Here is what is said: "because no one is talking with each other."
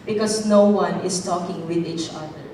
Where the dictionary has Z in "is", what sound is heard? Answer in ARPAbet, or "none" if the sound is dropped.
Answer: S